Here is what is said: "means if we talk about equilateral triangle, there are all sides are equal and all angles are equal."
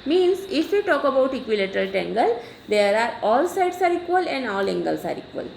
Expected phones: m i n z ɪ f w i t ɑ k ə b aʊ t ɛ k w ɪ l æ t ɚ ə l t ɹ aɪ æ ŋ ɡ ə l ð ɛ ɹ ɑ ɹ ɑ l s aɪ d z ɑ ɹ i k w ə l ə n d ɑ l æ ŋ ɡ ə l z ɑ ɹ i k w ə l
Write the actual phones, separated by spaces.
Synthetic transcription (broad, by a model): m i n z ɪ f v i t ɑ k ə b aʊ t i k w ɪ l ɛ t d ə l t ɛ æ ŋ ɡ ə l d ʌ ɹ ɑ ɹ ɑ l s aɪ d s ɑ ɹ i k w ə l ə n d ɑ l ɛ ŋ ɡ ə l s ɑ ɹ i k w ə l